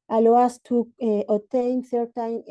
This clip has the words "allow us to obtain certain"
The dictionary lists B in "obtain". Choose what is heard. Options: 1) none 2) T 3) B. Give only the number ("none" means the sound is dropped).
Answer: 1